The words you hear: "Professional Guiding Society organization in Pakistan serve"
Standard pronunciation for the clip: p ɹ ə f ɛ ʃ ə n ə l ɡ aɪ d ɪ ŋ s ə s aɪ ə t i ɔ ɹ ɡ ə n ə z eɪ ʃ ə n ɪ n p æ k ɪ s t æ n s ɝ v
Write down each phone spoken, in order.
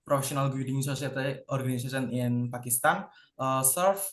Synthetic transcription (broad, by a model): p ɹ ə f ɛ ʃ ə n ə l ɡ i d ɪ ŋ s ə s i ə t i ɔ ɹ ɡ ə n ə s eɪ s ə n ɪ n p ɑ k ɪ s t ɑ n s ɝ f